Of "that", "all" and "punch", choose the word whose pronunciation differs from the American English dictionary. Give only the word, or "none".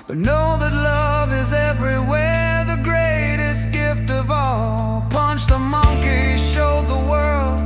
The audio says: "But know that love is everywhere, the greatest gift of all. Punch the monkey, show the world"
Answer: none